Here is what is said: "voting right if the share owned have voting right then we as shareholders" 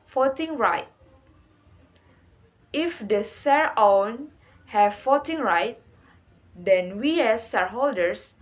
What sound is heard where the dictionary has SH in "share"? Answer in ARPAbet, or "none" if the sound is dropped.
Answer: S